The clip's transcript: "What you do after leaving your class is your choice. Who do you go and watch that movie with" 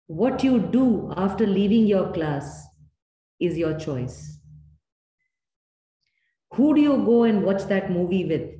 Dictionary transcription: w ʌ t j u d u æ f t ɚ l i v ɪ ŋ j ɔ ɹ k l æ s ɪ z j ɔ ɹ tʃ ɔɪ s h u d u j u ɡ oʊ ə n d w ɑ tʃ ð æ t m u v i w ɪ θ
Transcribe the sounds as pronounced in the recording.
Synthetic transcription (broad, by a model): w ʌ t j u d u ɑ f t ɚ l i v ɪ ŋ j ɔ ɹ k l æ s ɪ z j ɔ ɹ tʃ ɔɪ s h u d u j u ɡ oʊ ə n d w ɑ tʃ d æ t m u v i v ɪ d